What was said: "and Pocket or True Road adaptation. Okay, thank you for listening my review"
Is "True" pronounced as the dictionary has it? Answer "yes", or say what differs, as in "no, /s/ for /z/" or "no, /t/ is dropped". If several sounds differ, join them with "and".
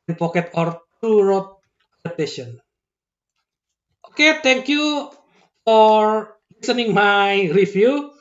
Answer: no, /ɹ/ is dropped